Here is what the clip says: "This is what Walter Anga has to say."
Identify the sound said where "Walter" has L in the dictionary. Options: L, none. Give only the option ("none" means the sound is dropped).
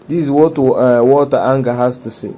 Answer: none